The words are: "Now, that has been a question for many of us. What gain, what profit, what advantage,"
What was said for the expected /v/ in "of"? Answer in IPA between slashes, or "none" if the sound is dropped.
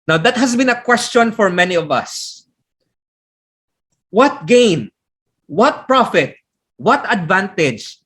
/v/